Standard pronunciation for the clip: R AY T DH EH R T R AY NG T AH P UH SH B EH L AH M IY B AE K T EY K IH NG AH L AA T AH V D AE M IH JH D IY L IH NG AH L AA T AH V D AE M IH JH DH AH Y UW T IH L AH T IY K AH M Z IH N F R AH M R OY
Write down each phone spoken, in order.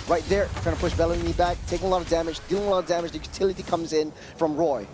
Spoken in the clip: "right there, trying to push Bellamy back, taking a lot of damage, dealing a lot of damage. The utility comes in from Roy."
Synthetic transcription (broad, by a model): R AY T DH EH R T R AY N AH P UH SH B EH L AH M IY B AE K T EY K IH NG AH L AA T AH V D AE M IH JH D IY L IH NG AH L AA T AH V D AE M IH JH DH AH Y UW T IH L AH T IY K AH M Z IH N F R AH M R OY